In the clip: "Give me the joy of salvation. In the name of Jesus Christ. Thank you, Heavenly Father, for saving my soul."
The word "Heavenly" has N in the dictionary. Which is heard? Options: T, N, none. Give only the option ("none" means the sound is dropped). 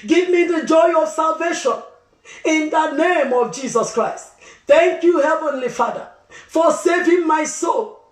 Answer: N